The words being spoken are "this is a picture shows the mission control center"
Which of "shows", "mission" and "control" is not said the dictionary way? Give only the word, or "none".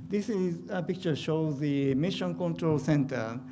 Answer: none